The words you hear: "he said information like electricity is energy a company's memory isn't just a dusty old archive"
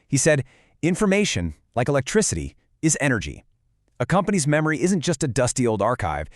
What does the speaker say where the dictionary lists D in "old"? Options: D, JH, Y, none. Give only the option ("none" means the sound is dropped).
D